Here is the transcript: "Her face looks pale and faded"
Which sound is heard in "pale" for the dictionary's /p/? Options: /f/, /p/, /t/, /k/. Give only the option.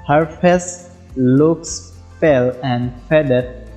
/f/